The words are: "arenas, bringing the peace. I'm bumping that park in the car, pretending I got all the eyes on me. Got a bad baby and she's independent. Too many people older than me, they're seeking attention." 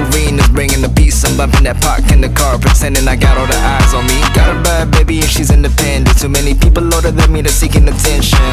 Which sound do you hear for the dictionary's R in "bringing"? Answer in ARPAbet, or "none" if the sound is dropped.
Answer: R